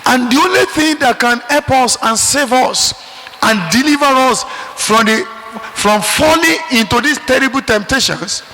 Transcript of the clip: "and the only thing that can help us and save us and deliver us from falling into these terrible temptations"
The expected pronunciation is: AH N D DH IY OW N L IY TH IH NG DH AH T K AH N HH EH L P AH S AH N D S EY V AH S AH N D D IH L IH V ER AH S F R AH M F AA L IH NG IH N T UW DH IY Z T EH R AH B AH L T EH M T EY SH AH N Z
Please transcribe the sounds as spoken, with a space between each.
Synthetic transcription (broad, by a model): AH N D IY OW N L IY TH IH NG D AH T K AH N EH P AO S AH N S EY V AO S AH N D D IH L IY V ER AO S F R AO M F AA L IH NG IH N T UW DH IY S T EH R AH B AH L T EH M T EY SH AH N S